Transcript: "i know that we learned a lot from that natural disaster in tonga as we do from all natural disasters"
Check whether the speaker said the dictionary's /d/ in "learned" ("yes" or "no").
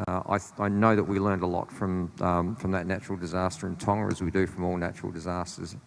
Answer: yes